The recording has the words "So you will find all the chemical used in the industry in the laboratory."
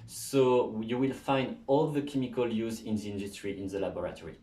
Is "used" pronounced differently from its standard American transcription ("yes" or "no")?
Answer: yes